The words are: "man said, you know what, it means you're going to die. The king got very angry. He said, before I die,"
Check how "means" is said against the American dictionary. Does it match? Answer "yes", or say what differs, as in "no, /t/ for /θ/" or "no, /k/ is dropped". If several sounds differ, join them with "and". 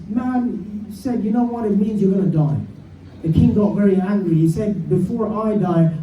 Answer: yes